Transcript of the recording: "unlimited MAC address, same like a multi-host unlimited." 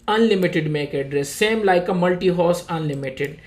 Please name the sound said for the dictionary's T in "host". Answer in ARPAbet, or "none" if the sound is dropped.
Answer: none